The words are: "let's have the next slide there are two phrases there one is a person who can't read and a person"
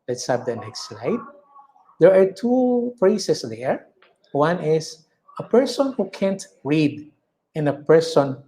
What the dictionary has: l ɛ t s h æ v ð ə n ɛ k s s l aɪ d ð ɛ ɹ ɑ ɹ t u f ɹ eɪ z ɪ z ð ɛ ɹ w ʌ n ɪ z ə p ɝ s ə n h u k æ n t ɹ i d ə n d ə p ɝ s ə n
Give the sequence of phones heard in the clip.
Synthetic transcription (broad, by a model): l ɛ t s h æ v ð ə n ɛ k s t l aɪ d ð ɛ ɹ ɑ ɹ t u p ɹ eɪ s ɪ s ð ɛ ɹ w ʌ n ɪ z ə p ɝ s ə n h u k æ n t ɹ i d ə n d ə p ɝ s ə n